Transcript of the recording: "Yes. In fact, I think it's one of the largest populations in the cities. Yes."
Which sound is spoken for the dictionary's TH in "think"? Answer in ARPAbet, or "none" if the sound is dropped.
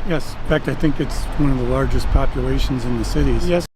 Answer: TH